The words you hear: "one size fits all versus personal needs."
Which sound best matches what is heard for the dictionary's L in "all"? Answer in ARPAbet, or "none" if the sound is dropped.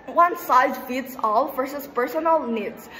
L